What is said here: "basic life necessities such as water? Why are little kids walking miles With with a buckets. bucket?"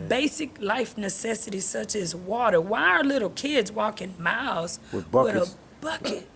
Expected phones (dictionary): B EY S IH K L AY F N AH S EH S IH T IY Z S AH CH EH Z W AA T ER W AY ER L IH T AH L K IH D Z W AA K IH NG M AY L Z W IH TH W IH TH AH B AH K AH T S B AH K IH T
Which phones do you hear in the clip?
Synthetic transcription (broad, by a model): B EY S IH K L AY F N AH S EH S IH T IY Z S AH CH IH Z W AA T ER W AY ER L IH T L K IH D Z W AA K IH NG M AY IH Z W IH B AH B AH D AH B AH K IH T